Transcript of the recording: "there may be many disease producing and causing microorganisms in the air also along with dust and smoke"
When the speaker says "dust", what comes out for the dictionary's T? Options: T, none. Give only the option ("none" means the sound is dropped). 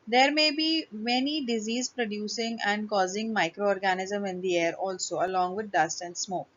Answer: T